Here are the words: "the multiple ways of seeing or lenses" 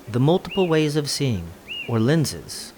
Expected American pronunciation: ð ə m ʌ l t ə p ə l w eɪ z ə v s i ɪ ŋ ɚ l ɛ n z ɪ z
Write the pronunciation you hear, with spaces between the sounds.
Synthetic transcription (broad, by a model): ð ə m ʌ l t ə p l w eɪ z ə v s i ɪ ŋ ɚ l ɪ n z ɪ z